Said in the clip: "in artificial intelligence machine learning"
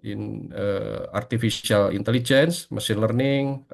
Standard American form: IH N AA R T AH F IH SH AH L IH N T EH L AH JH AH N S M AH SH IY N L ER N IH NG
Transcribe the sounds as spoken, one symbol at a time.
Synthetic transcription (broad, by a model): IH N AA R T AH F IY S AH L IH N T EH L AH JH AH N S M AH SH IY N L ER N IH NG